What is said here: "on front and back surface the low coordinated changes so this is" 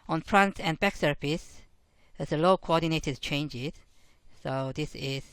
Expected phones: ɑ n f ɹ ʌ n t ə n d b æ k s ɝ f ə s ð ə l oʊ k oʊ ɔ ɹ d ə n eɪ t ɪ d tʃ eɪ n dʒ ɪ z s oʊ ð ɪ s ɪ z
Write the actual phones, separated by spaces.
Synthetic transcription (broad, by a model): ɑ n p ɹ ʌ n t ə n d b æ k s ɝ p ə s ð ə l oʊ k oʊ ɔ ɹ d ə n eɪ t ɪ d tʃ eɪ n dʒ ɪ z s oʊ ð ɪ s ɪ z